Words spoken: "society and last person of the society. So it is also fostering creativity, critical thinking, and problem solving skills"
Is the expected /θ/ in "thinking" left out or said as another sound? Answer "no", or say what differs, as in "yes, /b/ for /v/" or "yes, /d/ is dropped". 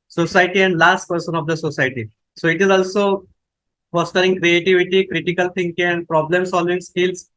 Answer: yes, /t/ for /θ/